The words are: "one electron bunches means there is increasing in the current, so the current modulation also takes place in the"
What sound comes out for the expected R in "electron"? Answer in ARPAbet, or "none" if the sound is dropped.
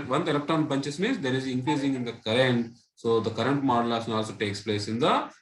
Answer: none